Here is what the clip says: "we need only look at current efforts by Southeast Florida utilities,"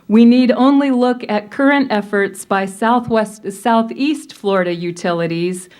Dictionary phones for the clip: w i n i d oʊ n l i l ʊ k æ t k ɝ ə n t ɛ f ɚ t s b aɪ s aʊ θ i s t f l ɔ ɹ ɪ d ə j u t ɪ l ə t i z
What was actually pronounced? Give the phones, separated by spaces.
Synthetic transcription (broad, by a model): w i n i d oʊ n l i l ʊ k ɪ t k ɝ ə n t ɛ f ɚ t s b aɪ s aʊ θ i s t f l ɔ ɹ ɪ d ə j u t ɪ l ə t i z